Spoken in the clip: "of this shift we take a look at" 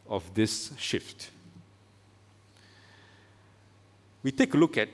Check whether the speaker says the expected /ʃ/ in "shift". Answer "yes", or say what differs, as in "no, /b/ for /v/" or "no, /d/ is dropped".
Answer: yes